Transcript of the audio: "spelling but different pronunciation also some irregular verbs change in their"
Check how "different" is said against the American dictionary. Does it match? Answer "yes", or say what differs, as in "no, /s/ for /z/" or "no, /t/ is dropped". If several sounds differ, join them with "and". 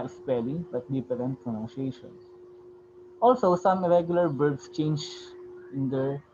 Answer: no, /p/ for /f/